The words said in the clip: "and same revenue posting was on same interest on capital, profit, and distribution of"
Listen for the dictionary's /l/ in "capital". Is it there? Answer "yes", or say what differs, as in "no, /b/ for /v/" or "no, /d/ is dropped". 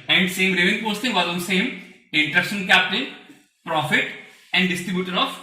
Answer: no, /n/ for /l/